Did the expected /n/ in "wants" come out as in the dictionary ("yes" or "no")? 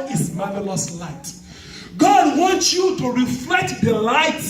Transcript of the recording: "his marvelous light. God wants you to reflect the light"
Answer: yes